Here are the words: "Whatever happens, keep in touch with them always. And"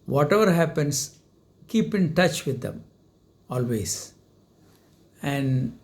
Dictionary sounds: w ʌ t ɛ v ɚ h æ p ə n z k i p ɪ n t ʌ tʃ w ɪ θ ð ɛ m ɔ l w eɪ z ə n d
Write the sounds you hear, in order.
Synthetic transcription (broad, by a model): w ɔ t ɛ v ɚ h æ p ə n s k i p ɪ n t ʌ tʃ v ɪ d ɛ m ɔ l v eɪ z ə n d